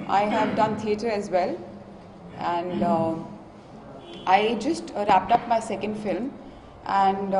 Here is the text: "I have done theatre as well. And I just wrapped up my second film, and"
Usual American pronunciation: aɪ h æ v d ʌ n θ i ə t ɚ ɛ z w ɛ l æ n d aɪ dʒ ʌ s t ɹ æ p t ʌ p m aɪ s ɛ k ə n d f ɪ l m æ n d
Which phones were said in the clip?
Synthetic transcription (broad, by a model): aɪ h æ v d ʌ n t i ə t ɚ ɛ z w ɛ l æ n d aɪ dʒ ʌ s t ɹ æ p t ʌ p m aɪ s ɛ k ə n d f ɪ l m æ n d